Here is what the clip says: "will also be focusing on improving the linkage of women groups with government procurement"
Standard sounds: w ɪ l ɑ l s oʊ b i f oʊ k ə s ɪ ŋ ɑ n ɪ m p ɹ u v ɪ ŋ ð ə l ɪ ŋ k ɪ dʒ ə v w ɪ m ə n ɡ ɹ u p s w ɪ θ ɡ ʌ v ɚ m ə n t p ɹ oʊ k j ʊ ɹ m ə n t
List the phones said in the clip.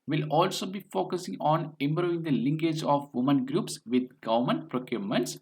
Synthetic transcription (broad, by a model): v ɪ l ɑ l s oʊ b i f oʊ k ə s ɪ ŋ ɑ n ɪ m b ɹ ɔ ɪ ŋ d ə l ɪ ŋ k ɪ dʒ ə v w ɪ m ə n ɡ ɹ u p s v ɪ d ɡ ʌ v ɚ m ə n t p ɹ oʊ k j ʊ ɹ m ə n t